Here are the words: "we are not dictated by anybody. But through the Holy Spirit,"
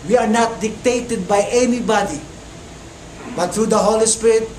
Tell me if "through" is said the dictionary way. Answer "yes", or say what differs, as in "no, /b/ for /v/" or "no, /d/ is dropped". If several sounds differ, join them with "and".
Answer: no, /t/ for /θ/